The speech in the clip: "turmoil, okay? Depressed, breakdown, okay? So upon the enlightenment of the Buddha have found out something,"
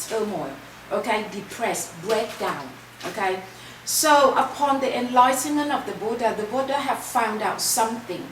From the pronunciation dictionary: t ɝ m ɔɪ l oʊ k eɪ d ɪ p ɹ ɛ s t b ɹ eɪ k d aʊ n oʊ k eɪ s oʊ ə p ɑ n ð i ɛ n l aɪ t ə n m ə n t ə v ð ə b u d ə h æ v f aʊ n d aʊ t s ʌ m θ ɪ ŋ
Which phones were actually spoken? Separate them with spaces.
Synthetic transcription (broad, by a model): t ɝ m ɔɪ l oʊ k eɪ d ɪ p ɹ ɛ s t b ɹ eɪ k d aʊ n oʊ k eɪ s oʊ ə p ɑ n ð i ɛ n l aɪ t ə n m ə n t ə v ð ə b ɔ d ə h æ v f aʊ n d aʊ t s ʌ m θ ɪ ŋ